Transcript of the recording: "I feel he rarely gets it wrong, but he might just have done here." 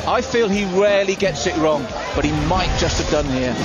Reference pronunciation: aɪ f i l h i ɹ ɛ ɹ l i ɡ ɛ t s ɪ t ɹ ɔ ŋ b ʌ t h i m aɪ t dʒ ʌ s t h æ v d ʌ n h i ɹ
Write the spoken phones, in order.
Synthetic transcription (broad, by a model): aɪ f i l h i ɹ ɛ l i ɡ ɛ t s ɪ t ɹ ɔ ŋ b ʌ t h i m aɪ t dʒ ʌ s t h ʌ v d ʌ n h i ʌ